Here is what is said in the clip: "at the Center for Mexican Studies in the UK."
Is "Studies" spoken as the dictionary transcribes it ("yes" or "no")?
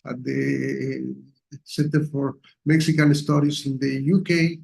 no